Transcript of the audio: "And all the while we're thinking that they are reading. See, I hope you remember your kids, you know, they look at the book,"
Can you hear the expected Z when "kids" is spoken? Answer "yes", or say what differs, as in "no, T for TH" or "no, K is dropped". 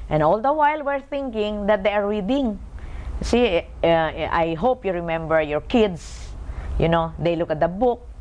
no, S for Z